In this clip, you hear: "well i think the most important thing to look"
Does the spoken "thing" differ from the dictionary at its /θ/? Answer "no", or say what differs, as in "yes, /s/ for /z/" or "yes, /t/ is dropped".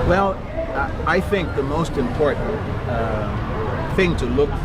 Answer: no